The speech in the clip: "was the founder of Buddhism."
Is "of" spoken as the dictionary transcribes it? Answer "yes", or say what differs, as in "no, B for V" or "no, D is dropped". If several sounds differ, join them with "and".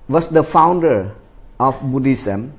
no, F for V